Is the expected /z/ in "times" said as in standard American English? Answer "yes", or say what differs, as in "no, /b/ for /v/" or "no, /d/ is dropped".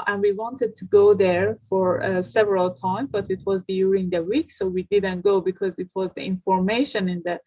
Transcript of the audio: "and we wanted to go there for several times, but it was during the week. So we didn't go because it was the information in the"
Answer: no, /z/ is dropped